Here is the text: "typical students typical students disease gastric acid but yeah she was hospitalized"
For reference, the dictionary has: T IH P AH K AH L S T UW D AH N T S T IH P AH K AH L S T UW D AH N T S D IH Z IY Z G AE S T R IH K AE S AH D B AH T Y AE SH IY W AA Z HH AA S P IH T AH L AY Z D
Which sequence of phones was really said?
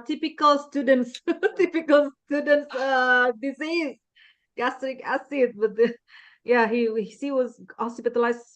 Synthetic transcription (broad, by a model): T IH P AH K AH L S T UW D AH N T S T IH P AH K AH L S T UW D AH N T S D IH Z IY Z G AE S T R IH K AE S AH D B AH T Y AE S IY W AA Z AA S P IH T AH L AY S